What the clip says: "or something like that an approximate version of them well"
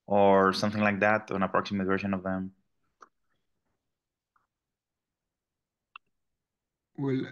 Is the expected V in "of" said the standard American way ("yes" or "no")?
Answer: yes